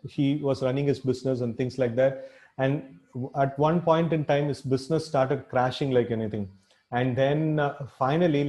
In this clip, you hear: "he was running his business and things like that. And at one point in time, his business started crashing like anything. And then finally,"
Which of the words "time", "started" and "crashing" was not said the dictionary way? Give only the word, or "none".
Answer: none